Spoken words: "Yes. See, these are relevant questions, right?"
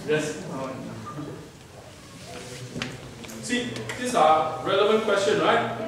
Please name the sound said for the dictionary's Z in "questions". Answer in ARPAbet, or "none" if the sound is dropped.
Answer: none